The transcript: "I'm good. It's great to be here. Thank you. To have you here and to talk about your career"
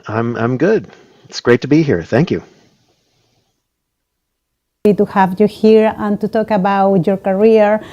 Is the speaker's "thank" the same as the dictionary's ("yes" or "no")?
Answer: yes